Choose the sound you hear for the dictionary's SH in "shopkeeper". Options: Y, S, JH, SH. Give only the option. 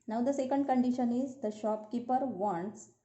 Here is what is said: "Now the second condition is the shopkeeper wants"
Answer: SH